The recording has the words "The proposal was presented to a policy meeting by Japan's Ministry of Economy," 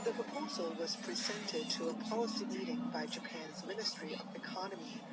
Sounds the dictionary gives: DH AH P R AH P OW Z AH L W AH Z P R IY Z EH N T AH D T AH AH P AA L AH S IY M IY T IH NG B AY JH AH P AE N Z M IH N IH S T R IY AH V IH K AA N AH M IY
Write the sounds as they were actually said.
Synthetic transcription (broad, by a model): DH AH P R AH P OW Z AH L W AH Z P R IY Z EH N T AH D T AH AH P AA L AH S IY M IY T IH NG B AY JH AH P AE N Z M IH N IH S T R IY AH V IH K AA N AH M IY